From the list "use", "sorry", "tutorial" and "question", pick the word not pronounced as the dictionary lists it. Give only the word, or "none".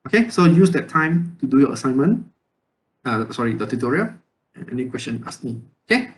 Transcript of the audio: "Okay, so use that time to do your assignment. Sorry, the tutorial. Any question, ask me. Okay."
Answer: tutorial